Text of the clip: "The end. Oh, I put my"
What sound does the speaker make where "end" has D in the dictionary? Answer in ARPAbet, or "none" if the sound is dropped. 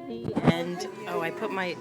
none